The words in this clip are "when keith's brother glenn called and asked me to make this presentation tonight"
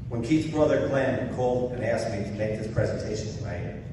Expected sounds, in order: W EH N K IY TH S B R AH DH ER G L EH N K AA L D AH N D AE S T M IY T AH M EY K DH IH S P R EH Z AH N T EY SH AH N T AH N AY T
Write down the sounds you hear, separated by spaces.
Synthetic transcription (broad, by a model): W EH N K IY T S B R AH DH ER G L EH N K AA L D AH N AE S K M IY T AH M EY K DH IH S P R EH Z AH N T EY SH AH N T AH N AY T